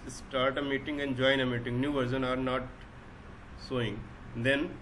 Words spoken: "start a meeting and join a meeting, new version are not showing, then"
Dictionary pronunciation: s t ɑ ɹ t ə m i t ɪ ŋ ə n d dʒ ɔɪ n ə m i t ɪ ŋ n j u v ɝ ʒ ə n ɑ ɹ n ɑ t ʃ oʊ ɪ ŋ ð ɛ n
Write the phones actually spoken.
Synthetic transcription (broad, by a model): s t ɑ ɹ t ə m i t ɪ ŋ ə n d dʒ ɔɪ n ə m i t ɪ ŋ n j u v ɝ s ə n ɑ ɹ n ɑ t s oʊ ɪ ŋ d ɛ n